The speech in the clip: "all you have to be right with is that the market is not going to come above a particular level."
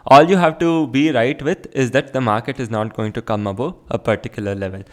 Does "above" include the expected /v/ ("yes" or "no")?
no